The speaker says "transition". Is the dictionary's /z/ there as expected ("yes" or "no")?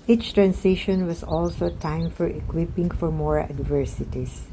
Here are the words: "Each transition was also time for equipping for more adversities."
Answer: no